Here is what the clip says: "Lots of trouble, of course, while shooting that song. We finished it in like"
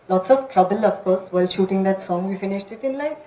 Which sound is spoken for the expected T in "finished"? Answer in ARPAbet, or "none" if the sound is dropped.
T